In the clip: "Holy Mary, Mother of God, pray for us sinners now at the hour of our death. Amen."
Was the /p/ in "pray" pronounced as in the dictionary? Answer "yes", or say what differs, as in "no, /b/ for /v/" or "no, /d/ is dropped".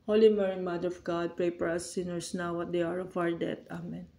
yes